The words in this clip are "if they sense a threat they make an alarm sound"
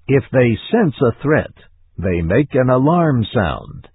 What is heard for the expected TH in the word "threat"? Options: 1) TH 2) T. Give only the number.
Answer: 1